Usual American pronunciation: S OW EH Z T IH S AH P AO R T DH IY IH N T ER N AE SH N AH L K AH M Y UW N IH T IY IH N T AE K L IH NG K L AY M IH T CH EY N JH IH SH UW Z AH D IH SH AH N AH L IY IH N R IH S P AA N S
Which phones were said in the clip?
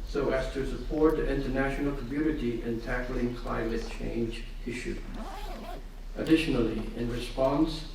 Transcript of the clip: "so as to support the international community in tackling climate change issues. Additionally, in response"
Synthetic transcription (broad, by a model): S OW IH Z T IH S AH P AO R T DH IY IH N T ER N AE SH N L K AH M Y UW N IH T IY IH N T AE K L IH NG K L AY M IH T CH EY N JH IH SH UW AH D IH SH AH N L IY IH N R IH S P AA N S